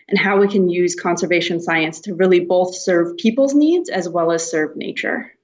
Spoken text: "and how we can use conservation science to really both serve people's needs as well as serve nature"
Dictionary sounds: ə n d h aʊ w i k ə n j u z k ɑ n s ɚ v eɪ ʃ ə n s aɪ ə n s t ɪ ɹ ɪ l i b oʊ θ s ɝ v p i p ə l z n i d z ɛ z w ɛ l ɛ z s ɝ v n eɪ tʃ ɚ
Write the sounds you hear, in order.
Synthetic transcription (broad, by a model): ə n h aʊ w i k ə n j u z k ɑ n s ɚ v eɪ ʃ ə n s aɪ ə n s t ɪ ɹ ɪ l i b oʊ θ s ɝ v p i p l z n i d z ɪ z w ɛ l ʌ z s ɝ v n eɪ tʃ ɚ